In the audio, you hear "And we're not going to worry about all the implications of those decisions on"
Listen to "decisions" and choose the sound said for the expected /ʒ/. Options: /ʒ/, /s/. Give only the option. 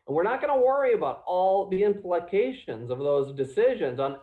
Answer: /ʒ/